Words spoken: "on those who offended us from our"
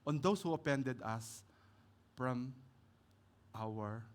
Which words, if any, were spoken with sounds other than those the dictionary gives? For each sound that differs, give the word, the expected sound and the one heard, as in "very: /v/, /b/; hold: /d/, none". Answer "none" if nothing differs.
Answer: those: /z/, /s/; offended: /f/, /p/